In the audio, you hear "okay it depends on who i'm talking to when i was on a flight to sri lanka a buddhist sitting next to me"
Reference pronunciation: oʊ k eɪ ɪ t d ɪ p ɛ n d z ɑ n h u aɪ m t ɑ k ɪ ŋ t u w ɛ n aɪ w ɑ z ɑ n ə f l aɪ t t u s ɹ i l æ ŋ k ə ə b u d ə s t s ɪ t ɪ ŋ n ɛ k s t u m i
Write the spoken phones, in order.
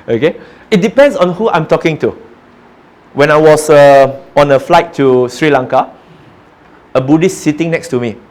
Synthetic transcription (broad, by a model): oʊ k eɪ ɪ t d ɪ p ɛ n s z ɑ n h u aɪ m t ɑ k ɪ ŋ t u w ɛ n aɪ w ɑ s ɑ n ə f l aɪ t t u s ɹ i l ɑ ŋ k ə ə b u d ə s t s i t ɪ ŋ n ɛ k s t u m i